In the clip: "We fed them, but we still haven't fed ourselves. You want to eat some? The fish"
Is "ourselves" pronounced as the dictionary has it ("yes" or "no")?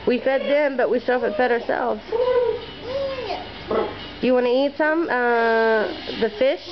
yes